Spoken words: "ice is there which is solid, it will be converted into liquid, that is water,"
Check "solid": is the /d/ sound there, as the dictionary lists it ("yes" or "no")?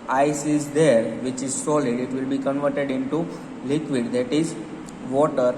yes